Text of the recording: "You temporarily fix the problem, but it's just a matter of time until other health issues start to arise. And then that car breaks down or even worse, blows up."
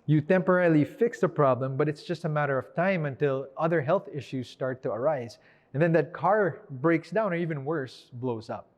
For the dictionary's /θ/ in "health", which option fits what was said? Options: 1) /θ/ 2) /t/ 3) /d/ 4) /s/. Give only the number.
1